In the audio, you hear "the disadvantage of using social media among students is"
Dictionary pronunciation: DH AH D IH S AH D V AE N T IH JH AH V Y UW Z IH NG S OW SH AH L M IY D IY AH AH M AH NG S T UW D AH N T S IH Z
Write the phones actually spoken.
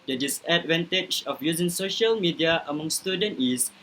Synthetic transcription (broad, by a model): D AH D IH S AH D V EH N T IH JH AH F Y UW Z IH NG S OW SH AH L M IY D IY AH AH M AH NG S T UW D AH N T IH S